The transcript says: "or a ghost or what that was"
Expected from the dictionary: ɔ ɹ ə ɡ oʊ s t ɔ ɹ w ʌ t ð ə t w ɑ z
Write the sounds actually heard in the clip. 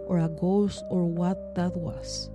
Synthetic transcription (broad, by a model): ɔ ɹ ə ɡ oʊ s ɔ ɹ w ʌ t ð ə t w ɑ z